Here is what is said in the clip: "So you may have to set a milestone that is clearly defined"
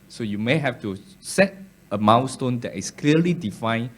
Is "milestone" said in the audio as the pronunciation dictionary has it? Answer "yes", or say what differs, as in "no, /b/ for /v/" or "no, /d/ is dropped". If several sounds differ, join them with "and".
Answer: no, /w/ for /l/